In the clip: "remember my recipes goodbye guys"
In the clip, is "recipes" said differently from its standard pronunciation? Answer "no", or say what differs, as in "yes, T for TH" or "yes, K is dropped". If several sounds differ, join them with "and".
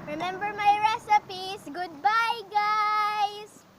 yes, S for Z